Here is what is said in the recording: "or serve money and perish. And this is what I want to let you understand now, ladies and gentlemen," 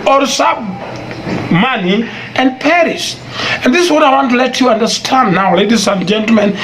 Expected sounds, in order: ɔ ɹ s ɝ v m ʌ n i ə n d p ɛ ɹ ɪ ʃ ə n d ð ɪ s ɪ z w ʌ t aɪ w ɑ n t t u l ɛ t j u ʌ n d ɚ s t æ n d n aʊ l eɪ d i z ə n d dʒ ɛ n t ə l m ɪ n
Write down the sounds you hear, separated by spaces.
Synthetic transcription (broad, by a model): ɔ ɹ s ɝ b m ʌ n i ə n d p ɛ ɹ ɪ s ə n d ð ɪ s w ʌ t aɪ w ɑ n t t u l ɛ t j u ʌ n d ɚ s t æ n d n aʊ l eɪ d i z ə n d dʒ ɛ n t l m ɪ n